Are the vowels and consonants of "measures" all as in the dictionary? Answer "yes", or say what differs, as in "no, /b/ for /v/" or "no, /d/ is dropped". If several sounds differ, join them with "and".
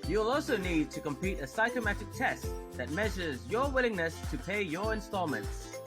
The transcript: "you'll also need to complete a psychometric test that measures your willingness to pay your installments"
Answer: yes